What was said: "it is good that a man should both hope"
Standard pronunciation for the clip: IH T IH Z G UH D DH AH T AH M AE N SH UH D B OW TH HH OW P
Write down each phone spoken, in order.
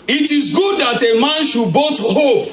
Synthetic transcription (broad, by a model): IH T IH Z G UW D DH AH T AH M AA N SH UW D B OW T HH OW P